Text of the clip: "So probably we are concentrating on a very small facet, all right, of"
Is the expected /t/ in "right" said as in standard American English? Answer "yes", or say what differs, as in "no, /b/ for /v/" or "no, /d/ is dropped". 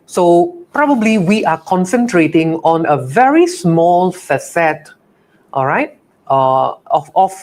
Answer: yes